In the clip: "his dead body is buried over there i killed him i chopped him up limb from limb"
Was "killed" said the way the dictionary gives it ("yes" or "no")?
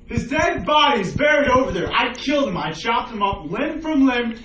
yes